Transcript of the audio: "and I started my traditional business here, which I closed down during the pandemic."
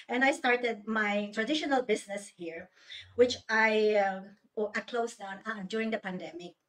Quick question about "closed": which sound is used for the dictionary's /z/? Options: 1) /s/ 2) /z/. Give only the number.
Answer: 1